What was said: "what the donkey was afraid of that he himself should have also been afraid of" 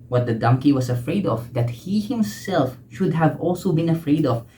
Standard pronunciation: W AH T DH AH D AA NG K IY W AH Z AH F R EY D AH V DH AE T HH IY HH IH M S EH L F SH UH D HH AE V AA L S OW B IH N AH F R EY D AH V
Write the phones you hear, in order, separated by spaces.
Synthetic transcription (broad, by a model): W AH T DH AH D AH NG K IY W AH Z AH F R EY D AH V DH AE T HH IY HH IH M S EH L F SH UH D HH AE V AA L S OW B IH N AH F R EY D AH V